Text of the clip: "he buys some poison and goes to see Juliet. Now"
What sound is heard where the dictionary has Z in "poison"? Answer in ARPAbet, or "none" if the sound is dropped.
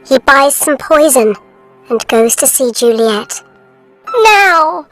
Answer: Z